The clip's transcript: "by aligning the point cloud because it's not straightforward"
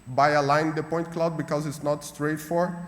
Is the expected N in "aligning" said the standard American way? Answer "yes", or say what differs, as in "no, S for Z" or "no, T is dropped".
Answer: no, N is dropped